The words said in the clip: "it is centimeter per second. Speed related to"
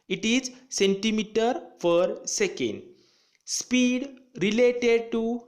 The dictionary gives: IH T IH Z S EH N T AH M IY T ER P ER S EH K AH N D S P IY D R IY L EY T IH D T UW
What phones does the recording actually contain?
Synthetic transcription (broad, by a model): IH T IH Z S EH N T AH M IY T ER F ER S EH K AH N D S P IY D R IY L EY T IH D T UW